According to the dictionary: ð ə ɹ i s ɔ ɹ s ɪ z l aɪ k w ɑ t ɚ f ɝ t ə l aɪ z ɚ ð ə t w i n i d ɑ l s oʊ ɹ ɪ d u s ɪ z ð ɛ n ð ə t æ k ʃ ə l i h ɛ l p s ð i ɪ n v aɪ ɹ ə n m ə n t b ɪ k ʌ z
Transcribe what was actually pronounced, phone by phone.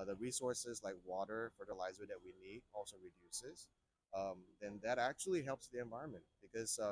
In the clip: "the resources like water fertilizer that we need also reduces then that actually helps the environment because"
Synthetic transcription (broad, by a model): ð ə ɹ i s ɔ ɹ s ɪ z l aɪ k w ɑ t ɚ f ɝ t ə l aɪ z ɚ ð ə t w i n i d ɑ l s oʊ ɹ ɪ d u s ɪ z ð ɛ n ð ə t æ k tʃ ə l i h ɛ l p s ð i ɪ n v aɪ ɹ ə n m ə n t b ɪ k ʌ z